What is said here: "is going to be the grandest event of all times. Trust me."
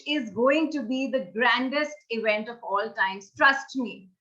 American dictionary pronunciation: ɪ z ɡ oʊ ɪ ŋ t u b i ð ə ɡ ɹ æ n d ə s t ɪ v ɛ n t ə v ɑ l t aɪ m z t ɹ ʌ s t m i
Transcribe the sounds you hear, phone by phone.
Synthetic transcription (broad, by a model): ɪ z ɡ oʊ ɪ ŋ t u b i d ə ɡ ɹ æ n d ə s t ɪ v ɛ n t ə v ɑ l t aɪ m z t ɹ ʌ s t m i